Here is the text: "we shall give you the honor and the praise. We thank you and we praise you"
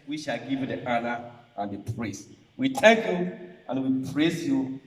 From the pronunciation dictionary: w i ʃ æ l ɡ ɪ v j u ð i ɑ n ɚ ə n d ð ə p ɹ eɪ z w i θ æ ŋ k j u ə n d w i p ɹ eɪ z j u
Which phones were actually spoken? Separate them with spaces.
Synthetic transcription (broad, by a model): w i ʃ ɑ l ɡ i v j u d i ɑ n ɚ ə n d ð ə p ɹ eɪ s w i t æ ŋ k j u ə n w i p ɹ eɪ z j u